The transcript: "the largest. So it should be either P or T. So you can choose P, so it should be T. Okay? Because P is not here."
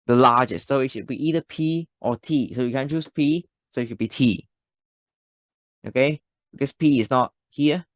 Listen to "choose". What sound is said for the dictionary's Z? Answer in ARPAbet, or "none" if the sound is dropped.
S